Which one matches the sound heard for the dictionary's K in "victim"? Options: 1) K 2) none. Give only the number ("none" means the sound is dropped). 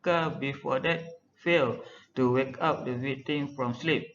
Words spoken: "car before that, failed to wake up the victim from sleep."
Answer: 2